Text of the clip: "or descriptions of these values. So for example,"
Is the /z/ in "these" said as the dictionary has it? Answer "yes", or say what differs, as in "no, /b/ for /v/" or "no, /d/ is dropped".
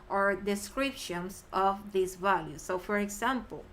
no, /s/ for /z/